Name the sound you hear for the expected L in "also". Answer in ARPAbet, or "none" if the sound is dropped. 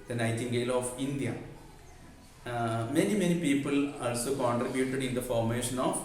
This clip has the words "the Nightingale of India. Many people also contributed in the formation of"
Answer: L